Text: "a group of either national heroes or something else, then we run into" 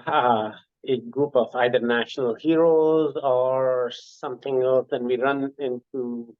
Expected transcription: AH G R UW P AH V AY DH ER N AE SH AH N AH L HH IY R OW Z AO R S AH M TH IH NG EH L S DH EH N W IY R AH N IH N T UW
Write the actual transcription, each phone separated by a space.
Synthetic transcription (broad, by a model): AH G R UW P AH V AY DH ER N AE SH AH N AH L HH IY R OW Z AO R S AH M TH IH NG EH L S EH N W IY R AH N IH N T UW